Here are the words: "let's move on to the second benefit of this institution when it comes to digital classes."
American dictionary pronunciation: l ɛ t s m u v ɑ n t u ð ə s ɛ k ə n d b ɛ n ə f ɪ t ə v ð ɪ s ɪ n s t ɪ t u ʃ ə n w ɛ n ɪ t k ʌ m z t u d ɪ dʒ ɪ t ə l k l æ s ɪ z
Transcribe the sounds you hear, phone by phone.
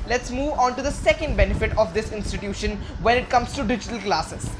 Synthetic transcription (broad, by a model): l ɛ t s m u v ɑ n t u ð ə s ɛ k ə n d b ɛ n ə f ɪ t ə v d ɪ s ɪ n s t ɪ t u ʃ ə n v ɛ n ɪ t k ʌ m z t u d ɪ dʒ ɪ t ə l k l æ s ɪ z